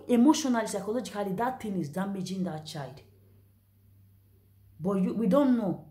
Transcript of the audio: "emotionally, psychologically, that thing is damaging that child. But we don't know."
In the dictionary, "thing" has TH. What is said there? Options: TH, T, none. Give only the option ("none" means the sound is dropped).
T